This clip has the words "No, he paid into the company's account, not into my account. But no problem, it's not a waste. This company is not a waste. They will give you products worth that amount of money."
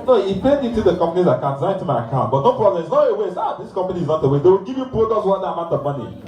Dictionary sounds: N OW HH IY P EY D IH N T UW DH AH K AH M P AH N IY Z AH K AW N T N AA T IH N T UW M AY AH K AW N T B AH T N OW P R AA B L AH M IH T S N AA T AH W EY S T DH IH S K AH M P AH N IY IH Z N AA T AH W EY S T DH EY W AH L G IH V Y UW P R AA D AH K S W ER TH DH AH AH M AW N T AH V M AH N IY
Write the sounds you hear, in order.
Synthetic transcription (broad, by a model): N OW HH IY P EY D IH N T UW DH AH K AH M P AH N IY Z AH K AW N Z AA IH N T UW M AY AH K AW N T B AH T N OW P R AA B L AH M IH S N AA T AH W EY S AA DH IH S K AH M P AH N IY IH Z N AA T AH W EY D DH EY W AH L G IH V Y UW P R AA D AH S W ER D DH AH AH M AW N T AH M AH N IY